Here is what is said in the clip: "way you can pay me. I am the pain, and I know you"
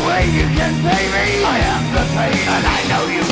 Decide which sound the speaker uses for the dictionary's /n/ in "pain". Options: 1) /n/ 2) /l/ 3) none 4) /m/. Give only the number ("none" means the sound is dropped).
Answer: 3